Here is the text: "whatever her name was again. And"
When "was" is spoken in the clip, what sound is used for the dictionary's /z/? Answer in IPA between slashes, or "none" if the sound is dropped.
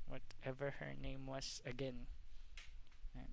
/s/